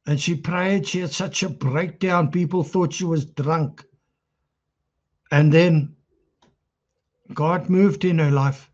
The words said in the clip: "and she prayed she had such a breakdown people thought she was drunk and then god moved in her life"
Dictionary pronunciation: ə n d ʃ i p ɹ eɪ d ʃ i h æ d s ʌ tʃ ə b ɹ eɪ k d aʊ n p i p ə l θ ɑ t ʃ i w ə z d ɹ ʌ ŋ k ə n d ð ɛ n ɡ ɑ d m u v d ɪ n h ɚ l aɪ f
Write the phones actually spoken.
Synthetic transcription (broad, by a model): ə n ʃ i p ɹ eɪ d ʃ i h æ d s ʌ tʃ ə b ɹ eɪ k d aʊ n p i p ə l θ ɑ t ʃ i w ə z d ɹ ʌ ŋ k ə n ð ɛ n ɡ ɑ d m u v d ɪ n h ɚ l aɪ f